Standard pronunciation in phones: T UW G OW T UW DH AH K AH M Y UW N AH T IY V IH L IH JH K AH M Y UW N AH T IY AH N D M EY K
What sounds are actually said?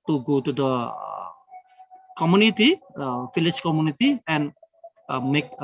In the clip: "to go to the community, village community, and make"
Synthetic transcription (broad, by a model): T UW G OW T UW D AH K AH M Y UW N AH T IY F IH L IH CH K AH M Y UW N AH T IY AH N M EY K